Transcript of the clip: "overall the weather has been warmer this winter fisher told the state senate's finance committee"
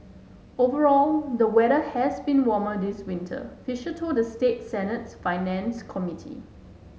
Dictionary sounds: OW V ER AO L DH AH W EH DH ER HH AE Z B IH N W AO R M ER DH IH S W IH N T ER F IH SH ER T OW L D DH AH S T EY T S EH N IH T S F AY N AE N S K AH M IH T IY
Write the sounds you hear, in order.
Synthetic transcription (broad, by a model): OW V ER AO L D AH W EH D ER HH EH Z B IH N W AO M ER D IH S W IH N T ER F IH SH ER T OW D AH S T EY T S EH N IH T S F AY N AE N S K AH M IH T IY